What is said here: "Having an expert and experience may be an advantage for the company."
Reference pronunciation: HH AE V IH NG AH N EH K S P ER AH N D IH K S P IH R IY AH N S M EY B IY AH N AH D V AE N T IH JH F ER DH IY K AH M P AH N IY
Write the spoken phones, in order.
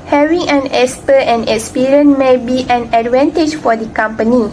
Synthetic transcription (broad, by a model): HH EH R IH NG AH N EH S P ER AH N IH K S P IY R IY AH N M EY B IY AH N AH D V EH N T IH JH F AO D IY K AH M P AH N IY